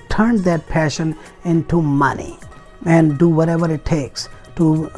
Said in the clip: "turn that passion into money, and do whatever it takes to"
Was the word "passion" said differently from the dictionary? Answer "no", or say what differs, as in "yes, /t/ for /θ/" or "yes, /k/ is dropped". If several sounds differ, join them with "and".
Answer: no